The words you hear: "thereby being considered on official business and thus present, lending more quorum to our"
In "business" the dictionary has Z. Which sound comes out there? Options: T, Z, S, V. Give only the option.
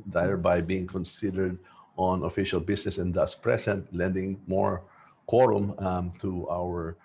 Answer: S